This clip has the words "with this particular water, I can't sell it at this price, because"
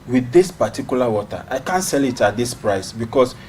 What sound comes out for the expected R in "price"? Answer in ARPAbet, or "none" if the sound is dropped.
R